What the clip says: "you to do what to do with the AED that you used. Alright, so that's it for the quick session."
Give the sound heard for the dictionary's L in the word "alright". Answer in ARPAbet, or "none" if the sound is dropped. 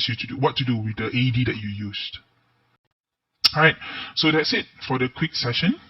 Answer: none